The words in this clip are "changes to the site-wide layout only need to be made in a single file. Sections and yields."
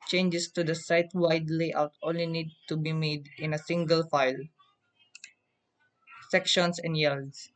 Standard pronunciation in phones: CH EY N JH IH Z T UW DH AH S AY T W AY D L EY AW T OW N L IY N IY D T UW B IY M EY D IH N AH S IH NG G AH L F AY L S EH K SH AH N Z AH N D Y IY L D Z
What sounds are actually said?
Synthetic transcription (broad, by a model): CH EY N JH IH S T UW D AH S AY T W AY D L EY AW T OW N L IY N IY D T UW B IY M EY D IH N AH S IH NG G AH L F AY L S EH K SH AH N S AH N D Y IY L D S